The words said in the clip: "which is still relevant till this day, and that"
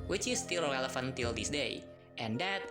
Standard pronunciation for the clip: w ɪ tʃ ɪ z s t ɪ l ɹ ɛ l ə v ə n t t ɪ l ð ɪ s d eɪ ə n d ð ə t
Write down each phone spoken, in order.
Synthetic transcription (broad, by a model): w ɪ tʃ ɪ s t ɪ l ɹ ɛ l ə f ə n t t ɪ l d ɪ s d eɪ ə n d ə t